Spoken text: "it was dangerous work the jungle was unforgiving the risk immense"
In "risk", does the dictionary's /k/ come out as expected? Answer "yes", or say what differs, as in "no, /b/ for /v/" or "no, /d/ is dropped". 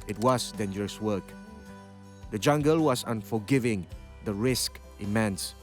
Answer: yes